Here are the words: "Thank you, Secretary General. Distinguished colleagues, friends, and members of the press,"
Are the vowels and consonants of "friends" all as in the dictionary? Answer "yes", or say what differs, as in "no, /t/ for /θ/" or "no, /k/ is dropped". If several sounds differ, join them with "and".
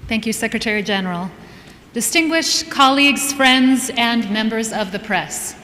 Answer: yes